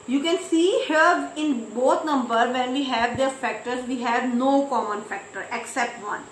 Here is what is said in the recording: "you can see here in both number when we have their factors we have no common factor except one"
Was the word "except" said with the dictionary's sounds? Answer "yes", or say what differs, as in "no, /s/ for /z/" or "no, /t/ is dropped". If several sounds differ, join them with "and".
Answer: yes